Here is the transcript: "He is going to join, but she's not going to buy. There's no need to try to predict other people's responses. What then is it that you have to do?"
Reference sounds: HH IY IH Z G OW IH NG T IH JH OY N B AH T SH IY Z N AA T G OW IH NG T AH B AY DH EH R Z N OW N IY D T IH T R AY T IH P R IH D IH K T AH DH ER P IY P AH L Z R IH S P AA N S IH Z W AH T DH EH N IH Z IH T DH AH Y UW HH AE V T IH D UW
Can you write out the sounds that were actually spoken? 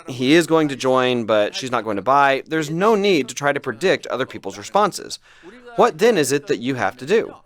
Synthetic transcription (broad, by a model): HH IY IH Z G OW IH NG T IH JH OY N B AH T SH IY Z N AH T G OW IH NG T AH B AY DH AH R Z N OW N IY D T IH T R AY T IH P R IH D IH K T AH DH ER P IY P L Z R IH S P AA N S IH Z W AH T DH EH N IH Z IH T DH AH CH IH HH AE F T IH D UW